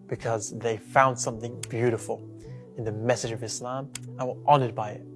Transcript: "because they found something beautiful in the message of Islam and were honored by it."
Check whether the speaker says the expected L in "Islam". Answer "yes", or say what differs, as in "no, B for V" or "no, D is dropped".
yes